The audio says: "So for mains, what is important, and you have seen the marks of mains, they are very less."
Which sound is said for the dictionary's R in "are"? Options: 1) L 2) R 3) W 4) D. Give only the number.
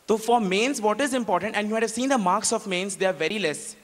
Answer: 2